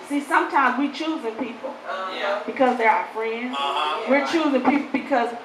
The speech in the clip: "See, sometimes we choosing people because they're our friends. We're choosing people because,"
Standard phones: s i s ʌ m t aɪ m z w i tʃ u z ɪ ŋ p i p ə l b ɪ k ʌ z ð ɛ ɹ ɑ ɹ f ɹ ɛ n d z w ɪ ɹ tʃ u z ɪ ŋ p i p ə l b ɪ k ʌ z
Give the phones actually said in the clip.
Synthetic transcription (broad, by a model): s i s ʌ m t aɪ m z w i tʃ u z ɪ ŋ p i p l b ɪ k ʌ z ð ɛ ɹ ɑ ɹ f ɹ ɛ n d z w ɪ ɹ tʃ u z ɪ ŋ p i p l b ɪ k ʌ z